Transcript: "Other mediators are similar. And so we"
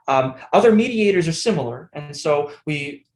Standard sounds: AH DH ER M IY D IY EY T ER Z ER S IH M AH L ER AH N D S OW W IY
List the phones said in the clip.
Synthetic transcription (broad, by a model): AH DH ER M IY D IY EY T ER Z ER S IH M L ER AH N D S OW W IY